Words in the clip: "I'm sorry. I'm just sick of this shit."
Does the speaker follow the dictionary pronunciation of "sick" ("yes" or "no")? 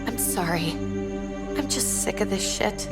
yes